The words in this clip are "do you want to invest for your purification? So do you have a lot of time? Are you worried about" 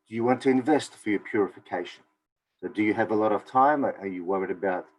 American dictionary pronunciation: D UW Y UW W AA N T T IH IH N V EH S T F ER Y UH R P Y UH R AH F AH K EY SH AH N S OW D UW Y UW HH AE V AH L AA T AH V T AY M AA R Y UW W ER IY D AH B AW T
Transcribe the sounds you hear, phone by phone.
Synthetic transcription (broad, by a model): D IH Y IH W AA N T T IH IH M V EH S T F ER Y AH R P Y UH R AH F AH K EY SH AH N S OW D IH Y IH V AH L AA T AH V T AY M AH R Y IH W ER IY D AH B AW T